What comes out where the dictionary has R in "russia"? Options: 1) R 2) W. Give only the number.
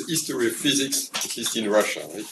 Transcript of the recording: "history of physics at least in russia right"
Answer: 1